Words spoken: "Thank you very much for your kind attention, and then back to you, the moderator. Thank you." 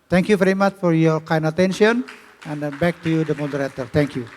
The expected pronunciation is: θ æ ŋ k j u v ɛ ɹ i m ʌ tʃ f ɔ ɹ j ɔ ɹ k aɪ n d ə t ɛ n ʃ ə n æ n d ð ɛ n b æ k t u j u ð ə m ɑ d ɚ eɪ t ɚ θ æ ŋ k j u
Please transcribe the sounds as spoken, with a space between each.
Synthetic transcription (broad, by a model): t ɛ ŋ k j u v ɛ ɹ i m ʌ tʃ f ɔ ɹ j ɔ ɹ k aɪ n ə t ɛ n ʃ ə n n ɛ n b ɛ k t u j u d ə m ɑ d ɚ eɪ t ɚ t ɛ ŋ k j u